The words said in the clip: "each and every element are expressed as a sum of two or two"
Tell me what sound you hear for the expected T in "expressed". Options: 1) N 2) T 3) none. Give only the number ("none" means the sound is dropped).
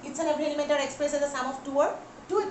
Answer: 3